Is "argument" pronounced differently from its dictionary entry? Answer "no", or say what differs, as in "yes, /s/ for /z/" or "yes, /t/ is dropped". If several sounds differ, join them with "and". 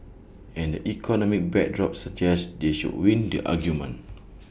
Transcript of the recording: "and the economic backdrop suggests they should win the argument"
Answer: yes, /t/ is dropped